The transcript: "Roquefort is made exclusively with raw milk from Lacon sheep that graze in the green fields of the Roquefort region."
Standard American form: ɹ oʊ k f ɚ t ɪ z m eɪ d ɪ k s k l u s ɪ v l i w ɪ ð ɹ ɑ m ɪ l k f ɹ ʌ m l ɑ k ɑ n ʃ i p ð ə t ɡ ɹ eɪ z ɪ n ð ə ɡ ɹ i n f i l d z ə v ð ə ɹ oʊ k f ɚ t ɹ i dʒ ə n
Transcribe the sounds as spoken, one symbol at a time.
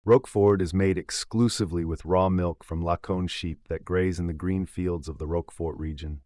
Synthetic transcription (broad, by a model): ɹ oʊ k f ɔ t ɪ z m eɪ d ɪ k s k l u s ɪ v l i w ɪ ð ɹ ɑ m ɪ l k f ɹ ʌ m l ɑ k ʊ n ʃ i p ð ə t ɡ ɹ eɪ z ɪ n ð ə ɡ ɹ i n f i l d z ə v ð ə ɹ oʊ k f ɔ t ɹ i dʒ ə n